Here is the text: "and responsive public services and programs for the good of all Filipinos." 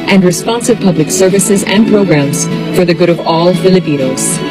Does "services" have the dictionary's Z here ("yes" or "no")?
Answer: yes